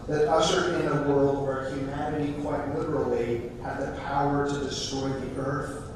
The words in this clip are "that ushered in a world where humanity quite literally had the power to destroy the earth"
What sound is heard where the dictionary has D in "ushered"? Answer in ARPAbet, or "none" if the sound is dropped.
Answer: none